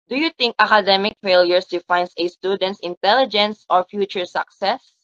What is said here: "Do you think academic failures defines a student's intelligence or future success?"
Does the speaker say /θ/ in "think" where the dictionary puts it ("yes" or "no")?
no